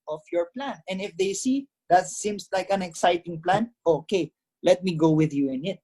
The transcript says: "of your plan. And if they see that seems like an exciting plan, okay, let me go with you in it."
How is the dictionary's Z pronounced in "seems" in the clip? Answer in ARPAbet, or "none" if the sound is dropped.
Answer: S